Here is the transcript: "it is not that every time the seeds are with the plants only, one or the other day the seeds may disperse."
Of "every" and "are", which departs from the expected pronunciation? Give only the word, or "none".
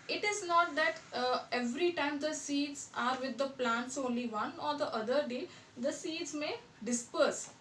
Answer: none